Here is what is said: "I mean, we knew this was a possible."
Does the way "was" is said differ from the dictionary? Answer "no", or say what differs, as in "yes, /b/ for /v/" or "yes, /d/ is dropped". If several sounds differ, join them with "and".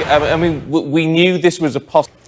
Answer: no